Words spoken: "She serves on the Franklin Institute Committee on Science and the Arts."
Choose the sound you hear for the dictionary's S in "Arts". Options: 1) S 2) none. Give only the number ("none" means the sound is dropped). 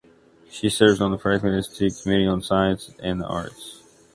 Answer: 1